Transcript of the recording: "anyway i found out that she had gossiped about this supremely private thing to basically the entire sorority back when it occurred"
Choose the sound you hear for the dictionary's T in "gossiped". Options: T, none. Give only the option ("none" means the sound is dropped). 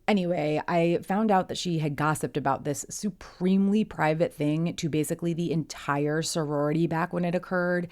T